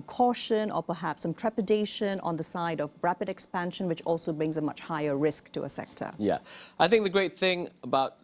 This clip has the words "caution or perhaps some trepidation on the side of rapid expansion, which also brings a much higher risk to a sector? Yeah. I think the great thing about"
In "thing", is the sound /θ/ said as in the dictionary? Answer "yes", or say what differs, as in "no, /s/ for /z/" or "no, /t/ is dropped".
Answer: yes